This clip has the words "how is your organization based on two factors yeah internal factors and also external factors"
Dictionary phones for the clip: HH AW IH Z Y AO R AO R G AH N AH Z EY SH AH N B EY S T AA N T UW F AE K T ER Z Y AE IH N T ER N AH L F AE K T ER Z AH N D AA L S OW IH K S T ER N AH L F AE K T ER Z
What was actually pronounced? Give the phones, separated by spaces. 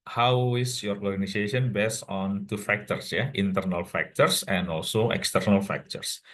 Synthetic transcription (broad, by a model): HH AW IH S Y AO R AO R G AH N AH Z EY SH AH N B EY S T AA N T UW F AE K T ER S Y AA IH N T ER N AH L F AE K T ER S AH N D AA L S OW IH K S T ER N AH L F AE K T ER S